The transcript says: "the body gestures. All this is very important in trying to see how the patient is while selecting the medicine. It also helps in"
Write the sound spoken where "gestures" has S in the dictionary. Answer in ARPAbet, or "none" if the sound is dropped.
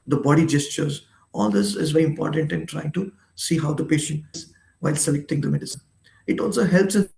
S